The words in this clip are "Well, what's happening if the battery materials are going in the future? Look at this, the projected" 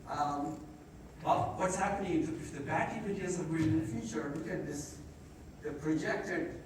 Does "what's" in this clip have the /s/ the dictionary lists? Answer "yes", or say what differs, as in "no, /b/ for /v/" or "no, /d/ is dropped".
yes